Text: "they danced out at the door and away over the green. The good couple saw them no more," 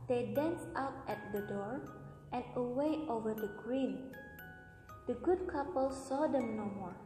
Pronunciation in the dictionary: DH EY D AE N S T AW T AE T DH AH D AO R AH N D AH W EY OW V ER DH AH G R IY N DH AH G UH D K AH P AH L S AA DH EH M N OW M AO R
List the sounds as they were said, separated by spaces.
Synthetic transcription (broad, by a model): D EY D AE N S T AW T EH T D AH D AO R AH N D AH W EY OW V ER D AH G R IY N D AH G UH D K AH P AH L S AA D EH M N OW M AO R